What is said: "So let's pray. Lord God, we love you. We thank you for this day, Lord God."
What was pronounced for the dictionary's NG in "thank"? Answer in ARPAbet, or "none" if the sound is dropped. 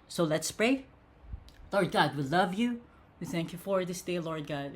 NG